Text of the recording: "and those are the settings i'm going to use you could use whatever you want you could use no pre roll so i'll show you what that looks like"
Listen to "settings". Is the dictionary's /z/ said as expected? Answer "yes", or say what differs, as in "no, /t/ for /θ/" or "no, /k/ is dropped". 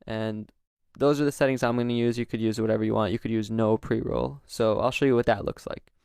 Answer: yes